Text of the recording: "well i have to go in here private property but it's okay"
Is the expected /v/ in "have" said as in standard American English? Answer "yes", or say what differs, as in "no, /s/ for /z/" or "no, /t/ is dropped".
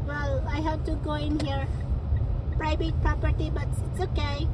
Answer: no, /p/ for /v/